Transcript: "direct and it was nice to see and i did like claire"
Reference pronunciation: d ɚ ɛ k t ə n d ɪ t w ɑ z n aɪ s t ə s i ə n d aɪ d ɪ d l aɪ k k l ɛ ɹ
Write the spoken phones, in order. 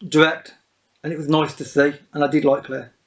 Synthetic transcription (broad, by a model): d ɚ ɛ k t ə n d ɪ t w ɑ z n aɪ s t ə s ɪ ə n aɪ d ɪ d l aɪ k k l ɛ